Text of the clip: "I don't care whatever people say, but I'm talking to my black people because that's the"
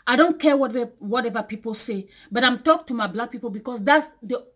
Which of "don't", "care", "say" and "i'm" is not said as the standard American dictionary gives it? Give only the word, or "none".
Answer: care